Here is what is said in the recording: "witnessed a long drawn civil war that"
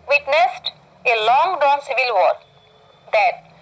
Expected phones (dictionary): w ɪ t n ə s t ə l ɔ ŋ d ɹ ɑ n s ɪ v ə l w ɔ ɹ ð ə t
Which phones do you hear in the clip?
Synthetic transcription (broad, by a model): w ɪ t n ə s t ə l ɔ ŋ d ɑ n s ɪ v ə l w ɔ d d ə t